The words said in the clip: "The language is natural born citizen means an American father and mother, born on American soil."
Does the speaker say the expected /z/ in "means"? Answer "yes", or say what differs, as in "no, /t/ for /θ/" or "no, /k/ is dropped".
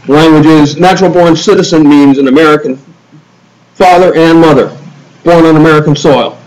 yes